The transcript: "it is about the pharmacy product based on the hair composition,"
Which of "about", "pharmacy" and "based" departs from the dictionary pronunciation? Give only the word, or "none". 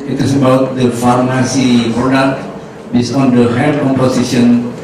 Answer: based